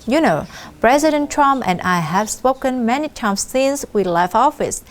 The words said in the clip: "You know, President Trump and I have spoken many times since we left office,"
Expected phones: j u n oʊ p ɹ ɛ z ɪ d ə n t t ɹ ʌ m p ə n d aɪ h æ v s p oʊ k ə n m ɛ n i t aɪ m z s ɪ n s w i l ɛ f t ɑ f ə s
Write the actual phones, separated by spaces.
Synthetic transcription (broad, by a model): j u n oʊ p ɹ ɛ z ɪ d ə n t t ɹ ʌ m p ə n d aɪ h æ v s p oʊ k ə n m ɛ n i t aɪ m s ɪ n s w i l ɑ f ɑ f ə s